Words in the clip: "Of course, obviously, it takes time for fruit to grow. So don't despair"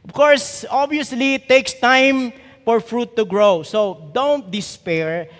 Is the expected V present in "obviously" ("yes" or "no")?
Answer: no